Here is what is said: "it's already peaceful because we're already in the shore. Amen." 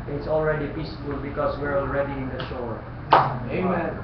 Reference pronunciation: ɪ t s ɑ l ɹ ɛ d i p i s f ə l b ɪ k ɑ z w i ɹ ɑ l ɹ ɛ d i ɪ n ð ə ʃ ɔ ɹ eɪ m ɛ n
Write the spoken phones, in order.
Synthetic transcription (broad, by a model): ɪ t s ɑ l ɹ ɛ d i p i s f ə l b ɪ k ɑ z w i ɹ ɑ l ɹ ɛ d i ɪ n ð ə ʃ ɔ ɹ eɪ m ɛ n